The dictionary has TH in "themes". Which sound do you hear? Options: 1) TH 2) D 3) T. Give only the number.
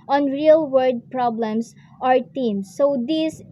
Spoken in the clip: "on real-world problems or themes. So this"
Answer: 3